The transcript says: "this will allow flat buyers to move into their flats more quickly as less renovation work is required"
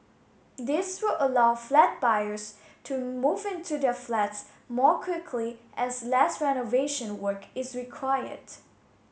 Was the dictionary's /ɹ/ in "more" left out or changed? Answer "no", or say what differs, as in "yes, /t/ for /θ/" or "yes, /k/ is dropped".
no